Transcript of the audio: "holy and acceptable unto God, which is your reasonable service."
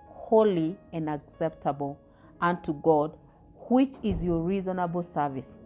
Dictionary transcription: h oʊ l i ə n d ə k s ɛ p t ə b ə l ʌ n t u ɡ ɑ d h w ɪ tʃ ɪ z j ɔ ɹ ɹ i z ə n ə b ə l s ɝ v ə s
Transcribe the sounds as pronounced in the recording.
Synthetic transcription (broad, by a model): h oʊ l i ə n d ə k s ɛ p t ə b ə l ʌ n t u ɡ ɑ d h w ɪ tʃ ɪ z j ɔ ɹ ɹ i z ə n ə b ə l s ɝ v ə s